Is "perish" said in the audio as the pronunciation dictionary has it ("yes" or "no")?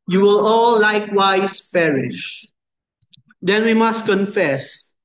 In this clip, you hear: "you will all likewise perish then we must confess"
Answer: yes